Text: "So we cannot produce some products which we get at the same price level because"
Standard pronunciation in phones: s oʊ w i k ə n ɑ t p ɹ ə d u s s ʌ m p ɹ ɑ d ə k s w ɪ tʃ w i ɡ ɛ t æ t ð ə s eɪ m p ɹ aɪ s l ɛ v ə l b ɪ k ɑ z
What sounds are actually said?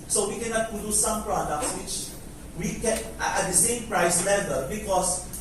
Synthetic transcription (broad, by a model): s oʊ w i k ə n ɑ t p ə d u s s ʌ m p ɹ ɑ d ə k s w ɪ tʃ w i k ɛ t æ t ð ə s eɪ m p ɹ aɪ s l ɛ v ə l b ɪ k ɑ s